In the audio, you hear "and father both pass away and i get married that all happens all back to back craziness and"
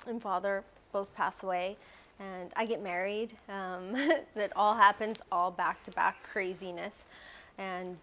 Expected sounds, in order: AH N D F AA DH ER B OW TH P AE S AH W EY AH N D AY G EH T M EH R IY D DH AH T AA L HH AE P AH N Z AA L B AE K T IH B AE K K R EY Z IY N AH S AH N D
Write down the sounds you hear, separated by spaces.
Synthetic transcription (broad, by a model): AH N F AA DH ER B OW TH P AE S AH W EY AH N AY G EH T M EH R IY D DH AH T AA L HH AE P AH N Z AA L B AE K T IH B AE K K R EY Z IY N AH S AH N